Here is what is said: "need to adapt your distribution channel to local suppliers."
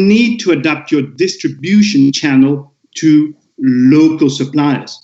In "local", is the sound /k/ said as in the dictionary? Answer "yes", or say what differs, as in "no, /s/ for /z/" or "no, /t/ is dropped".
yes